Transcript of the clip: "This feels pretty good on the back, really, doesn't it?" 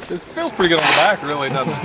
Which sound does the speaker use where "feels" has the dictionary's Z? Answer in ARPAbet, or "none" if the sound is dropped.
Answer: none